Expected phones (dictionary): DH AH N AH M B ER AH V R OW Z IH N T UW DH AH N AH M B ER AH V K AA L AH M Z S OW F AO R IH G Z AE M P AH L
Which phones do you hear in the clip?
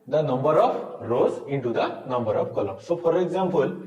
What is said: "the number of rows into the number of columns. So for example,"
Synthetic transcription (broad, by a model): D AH N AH M B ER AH P R OW Z IH N T UW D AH N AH M B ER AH P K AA L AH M S OW P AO R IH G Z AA M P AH L